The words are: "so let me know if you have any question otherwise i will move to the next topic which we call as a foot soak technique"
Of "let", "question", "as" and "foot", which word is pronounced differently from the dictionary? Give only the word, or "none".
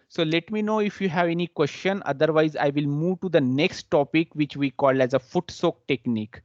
none